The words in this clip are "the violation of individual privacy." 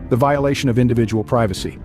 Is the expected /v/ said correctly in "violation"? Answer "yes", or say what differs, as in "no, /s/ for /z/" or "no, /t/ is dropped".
yes